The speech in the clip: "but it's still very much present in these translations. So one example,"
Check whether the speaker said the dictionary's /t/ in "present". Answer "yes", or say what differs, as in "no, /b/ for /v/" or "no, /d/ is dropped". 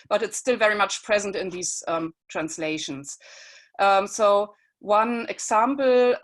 yes